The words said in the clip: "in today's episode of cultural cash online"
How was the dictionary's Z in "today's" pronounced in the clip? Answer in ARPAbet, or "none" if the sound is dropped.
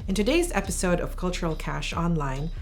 Z